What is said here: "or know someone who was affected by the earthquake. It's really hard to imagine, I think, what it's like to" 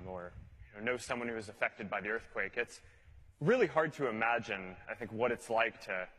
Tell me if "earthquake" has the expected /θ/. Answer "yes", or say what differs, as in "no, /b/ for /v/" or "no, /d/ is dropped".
yes